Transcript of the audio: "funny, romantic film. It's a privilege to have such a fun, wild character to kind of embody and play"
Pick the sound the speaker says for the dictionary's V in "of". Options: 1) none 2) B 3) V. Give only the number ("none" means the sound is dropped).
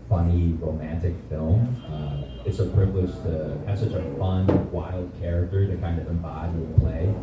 3